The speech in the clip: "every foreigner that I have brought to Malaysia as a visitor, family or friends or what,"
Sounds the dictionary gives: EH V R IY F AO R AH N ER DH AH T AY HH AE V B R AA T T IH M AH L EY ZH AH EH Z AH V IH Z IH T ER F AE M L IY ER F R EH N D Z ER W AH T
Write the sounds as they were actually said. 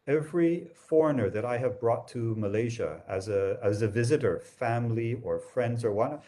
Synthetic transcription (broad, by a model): EH V R IY F AO R AH N ER DH AH T AY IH V B R AA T T IH M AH L EY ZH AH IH Z AH V IH Z IH T ER F AE M L IY ER F R EH N D Z ER W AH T